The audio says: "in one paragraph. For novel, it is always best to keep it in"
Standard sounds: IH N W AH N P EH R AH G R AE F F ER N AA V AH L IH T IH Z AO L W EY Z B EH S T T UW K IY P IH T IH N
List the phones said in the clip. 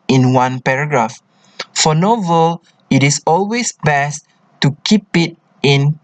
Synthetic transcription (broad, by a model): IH N W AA N P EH R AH G R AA F F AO N AA V AH L IH T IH S AO L W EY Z B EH S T T UW K IY P IH T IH N